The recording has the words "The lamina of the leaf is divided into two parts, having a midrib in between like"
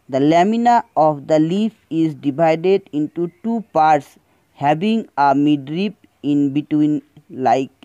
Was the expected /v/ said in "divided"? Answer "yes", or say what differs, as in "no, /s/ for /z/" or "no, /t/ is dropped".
no, /b/ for /v/